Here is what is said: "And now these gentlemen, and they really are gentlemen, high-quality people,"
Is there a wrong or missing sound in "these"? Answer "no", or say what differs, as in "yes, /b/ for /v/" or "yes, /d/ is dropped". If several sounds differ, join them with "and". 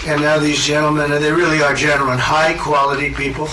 no